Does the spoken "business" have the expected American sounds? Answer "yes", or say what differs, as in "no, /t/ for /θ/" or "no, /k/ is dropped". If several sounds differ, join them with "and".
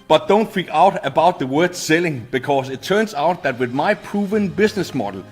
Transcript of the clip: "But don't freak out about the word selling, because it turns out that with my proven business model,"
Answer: no, /s/ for /z/